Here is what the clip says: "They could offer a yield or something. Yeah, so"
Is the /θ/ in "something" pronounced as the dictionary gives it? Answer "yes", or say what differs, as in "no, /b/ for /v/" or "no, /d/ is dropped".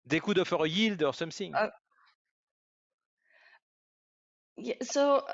no, /s/ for /θ/